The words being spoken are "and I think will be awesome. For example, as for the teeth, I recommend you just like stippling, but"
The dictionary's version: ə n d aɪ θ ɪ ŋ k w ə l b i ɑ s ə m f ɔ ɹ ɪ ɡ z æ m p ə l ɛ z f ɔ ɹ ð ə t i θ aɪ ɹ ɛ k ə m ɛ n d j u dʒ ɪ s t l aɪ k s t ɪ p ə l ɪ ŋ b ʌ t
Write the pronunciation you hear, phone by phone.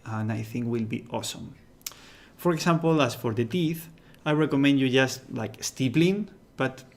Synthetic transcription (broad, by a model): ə n aɪ θ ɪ ŋ k w ə l b i ɑ s ə m f ɔ ɹ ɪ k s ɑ m p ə l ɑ s f ɔ ɹ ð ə t i θ aɪ ɹ ɛ k ə m ɛ n d j u dʒ ɪ s t l aɪ k s t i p l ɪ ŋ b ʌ t